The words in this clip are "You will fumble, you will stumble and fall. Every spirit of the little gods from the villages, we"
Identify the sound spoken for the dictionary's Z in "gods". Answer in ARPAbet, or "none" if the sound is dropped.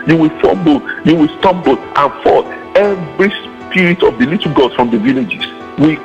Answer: none